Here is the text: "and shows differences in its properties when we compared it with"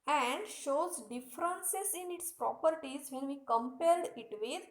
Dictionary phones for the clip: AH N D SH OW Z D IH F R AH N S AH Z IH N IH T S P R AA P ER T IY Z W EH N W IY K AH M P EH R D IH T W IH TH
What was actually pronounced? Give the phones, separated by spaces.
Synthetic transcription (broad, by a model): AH N D SH OW Z D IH F R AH N S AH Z IH N IH T S P R AA P ER T IY Z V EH N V IY K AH M P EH L D IH T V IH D